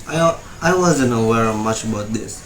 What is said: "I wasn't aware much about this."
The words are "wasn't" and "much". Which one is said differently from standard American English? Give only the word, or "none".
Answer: none